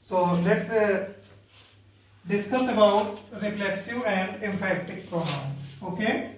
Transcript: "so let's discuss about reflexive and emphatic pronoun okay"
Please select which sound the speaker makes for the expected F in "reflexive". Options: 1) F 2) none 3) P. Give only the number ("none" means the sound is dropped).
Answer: 3